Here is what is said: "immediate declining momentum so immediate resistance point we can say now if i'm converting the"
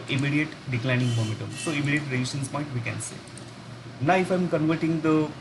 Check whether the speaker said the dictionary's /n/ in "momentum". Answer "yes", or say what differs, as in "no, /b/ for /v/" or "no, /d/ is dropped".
no, /n/ is dropped